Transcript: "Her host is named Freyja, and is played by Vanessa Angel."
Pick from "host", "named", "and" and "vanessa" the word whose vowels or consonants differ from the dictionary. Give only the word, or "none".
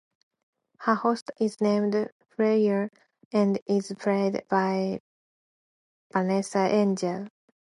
vanessa